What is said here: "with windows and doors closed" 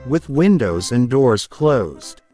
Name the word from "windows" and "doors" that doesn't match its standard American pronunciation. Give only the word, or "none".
none